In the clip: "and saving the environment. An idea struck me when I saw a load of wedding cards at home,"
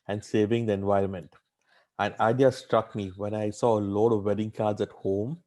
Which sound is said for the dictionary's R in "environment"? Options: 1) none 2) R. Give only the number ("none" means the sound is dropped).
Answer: 2